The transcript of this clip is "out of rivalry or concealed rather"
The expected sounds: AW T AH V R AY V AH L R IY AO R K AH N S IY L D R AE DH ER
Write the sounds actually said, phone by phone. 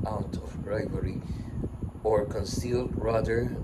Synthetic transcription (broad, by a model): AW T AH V R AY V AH R IY AO R K AH N S IY L D R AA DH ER